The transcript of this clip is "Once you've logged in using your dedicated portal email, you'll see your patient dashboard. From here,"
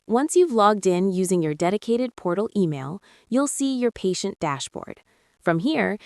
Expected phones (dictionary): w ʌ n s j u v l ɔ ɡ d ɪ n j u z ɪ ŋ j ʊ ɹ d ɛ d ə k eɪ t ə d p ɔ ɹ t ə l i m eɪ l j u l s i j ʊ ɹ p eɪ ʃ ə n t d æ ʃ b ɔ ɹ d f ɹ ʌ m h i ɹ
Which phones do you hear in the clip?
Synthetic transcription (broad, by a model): w ʌ n s j u v l ɔ ɡ d ɪ n j u z ɪ ŋ j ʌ ɹ d ɛ d ə k eɪ t ə d p ɔ ɹ t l i m eɪ l j u l s i j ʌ ɹ p eɪ ʃ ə n d æ ʃ b ɔ ɹ d f ɹ ʌ m h i ɹ